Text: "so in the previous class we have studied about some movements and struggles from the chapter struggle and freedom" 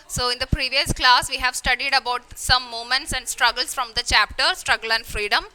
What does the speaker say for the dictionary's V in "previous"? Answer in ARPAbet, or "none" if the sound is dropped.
V